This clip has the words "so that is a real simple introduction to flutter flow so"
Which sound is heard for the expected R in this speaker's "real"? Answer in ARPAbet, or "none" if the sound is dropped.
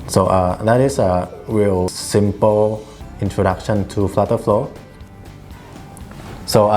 W